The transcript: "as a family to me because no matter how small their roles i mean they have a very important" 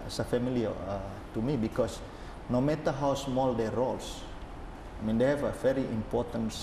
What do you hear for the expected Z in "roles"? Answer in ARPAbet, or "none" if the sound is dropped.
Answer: S